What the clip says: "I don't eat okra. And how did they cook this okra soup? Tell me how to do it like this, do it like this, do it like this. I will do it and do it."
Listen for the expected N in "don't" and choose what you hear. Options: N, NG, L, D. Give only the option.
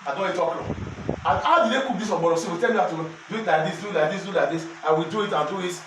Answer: L